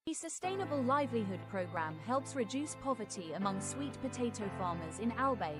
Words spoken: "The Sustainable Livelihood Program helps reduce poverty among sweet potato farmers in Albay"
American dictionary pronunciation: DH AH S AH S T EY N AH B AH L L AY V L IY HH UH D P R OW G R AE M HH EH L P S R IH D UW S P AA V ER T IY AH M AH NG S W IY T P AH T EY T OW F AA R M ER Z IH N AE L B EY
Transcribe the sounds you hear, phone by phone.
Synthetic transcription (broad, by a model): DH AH S AH S T EY N AH B AH L L AY V L IY HH UH D P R OW G R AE M HH EH L P S R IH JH UW S P AA V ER T IY AH M AH NG S W IY T P AH T EY T OW F AA M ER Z IH N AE L B EY